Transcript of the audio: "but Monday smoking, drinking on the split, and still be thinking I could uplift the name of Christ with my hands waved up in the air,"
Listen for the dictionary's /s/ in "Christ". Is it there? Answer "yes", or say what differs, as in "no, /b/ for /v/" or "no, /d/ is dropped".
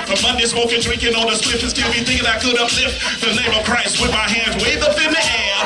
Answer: yes